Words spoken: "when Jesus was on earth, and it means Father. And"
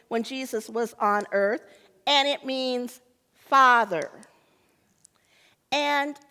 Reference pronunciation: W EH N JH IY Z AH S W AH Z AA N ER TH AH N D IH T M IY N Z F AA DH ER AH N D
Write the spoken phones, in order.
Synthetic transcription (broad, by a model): W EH N JH IY Z AH S W AH Z N ER TH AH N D IH T M IY N Z F AA DH ER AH N